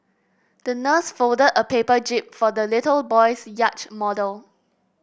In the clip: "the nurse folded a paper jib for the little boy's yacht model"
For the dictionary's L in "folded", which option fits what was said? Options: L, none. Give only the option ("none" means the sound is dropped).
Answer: L